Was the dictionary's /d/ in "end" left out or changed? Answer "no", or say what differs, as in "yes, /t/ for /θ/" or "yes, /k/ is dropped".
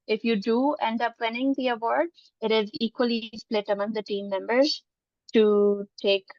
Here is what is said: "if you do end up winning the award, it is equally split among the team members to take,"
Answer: no